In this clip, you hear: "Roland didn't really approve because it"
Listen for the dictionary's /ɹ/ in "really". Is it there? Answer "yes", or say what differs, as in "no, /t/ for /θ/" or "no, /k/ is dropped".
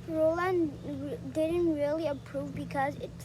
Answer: yes